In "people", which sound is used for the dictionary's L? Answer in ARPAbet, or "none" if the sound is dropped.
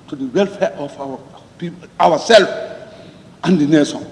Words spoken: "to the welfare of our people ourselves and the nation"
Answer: W